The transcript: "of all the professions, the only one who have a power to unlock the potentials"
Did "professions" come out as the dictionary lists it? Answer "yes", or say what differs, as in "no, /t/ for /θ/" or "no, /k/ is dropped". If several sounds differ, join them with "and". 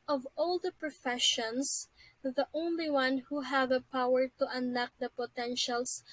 no, /s/ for /z/